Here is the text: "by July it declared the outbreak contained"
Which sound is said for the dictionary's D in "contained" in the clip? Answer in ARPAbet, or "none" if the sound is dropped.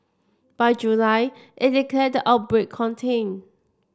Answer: none